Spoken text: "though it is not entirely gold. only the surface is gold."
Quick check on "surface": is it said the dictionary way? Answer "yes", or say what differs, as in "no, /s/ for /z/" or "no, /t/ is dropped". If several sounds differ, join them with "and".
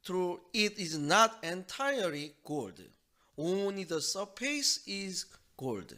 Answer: no, /p/ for /f/